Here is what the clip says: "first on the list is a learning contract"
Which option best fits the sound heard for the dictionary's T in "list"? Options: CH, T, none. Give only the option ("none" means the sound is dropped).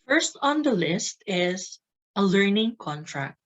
T